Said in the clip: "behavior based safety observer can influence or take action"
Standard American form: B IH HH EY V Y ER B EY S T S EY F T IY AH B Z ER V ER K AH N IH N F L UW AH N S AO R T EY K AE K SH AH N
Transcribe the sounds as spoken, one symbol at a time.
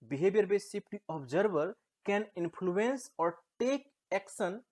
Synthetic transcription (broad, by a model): B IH HH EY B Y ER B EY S S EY P T IY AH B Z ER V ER K AH N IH N P L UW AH N S AO R T EY K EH K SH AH N